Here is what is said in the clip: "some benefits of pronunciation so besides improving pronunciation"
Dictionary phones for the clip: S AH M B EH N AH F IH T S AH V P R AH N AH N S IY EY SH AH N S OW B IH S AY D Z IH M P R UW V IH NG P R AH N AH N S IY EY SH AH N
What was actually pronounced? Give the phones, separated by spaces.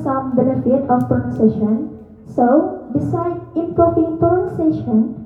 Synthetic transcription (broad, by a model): S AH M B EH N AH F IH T AH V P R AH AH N S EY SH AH N S OW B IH S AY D IH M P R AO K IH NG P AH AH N S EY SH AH N